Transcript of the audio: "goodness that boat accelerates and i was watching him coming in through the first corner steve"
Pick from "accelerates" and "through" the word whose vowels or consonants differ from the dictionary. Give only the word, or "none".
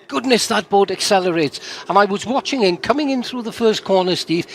none